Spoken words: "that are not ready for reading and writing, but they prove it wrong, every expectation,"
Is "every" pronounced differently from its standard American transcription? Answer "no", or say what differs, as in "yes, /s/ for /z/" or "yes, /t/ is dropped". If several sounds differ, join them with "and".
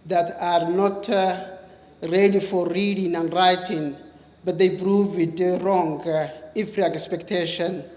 yes, /f/ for /v/